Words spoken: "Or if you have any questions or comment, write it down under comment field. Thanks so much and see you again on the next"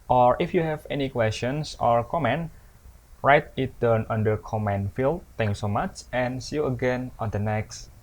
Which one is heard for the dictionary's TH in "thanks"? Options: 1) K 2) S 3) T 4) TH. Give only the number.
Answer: 3